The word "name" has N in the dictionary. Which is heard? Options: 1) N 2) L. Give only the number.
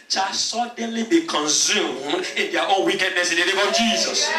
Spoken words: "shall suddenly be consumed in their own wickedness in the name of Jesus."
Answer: 2